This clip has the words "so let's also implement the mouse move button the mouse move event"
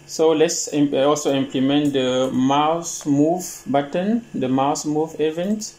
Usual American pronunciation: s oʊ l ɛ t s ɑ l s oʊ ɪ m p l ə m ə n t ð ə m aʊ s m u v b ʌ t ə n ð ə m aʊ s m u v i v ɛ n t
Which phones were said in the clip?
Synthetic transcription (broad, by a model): s oʊ l ɛ t s ɑ l s oʊ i m p l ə m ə n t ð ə m aʊ s m u v b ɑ t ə n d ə m aʊ s m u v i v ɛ n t